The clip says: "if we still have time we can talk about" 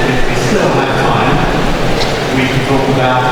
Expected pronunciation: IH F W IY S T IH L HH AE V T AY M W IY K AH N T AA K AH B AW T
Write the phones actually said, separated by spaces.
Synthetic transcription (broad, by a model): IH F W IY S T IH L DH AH T AY M W IY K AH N T AA K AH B AW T